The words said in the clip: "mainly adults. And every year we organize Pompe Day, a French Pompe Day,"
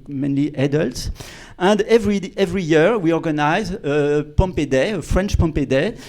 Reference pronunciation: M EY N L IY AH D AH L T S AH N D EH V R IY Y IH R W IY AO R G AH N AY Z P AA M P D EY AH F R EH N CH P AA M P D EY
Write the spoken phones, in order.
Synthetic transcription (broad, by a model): M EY N L IY AH D AH L T S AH N D EH V R IY Y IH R W IY AO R G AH N AY Z P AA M P D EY AH F R EH N CH P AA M P D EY